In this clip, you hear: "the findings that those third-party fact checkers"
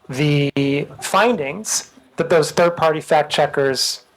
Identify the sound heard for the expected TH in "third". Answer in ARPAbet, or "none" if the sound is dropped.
TH